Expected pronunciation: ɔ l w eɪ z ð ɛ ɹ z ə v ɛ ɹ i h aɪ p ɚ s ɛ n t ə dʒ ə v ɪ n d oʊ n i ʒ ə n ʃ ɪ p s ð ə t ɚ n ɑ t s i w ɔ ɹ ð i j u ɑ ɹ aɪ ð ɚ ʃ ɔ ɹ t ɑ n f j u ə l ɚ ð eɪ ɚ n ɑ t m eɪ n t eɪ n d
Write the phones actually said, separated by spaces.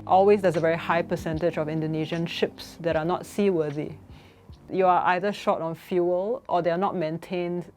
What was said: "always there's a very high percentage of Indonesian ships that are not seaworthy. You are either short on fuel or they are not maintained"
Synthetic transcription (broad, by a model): ɔ l w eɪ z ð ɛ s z ə v ɛ ɹ i h aɪ p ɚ s ɛ n t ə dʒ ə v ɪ n d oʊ n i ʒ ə n ʃ ɪ p s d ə t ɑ n ɑ t s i w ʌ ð i j u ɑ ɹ aɪ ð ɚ ʃ ɔ t ɑ n f j u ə l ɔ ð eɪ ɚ n ɑ t m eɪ n t eɪ n d